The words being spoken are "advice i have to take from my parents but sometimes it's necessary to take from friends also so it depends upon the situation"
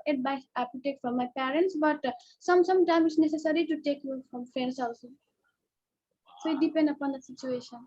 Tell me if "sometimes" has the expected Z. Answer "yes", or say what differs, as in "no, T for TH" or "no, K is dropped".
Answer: no, Z is dropped